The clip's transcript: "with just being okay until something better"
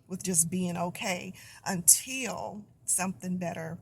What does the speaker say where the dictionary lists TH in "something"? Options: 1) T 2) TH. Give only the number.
2